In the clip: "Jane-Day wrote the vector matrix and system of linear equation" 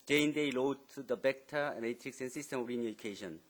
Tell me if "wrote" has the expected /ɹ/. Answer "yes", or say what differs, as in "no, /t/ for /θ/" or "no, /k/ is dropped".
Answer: no, /l/ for /ɹ/